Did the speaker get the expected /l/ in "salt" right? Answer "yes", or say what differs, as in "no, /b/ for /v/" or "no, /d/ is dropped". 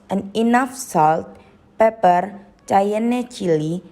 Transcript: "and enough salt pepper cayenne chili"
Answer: yes